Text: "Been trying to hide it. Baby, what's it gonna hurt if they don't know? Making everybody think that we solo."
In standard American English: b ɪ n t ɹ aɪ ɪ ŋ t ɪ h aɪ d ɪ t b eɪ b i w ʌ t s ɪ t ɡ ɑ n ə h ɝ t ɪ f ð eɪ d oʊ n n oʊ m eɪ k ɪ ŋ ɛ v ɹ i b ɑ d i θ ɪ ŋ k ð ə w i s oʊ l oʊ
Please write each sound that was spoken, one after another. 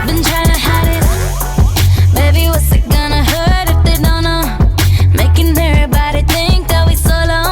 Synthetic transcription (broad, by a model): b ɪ n t ɹ aɪ ɪ ŋ t ɪ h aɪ d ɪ t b eɪ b i w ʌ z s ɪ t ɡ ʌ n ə h ɝ t ɪ f ð eɪ d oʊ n n oʊ m eɪ k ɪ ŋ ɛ ɹ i b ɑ d i θ ɪ ŋ k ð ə w i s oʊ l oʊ